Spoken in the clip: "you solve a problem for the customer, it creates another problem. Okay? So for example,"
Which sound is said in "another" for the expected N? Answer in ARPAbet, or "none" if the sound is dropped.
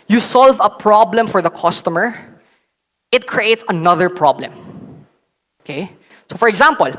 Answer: N